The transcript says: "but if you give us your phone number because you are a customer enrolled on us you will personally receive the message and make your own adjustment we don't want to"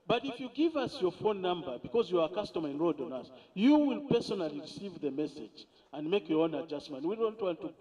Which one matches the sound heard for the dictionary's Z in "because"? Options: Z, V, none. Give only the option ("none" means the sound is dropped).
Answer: Z